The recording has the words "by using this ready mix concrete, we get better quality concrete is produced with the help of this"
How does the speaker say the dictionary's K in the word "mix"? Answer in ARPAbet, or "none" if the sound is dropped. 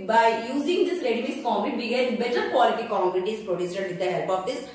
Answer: none